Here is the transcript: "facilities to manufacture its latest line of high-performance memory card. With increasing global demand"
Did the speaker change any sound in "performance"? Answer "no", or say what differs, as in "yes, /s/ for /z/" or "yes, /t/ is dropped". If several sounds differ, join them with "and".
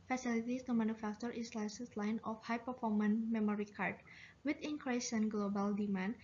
yes, /s/ is dropped